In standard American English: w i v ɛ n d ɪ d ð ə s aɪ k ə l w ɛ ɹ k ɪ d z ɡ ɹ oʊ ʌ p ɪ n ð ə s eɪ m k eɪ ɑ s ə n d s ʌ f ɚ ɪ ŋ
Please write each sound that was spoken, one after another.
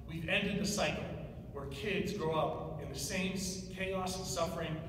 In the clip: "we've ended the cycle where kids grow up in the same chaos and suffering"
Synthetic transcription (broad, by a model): w i v ɛ n d ɪ d ð ə s aɪ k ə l w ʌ ɹ k ɪ d z ɡ ɹ oʊ ʌ p ɪ n ð ə s eɪ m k eɪ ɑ ə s s ʌ f ɚ ɪ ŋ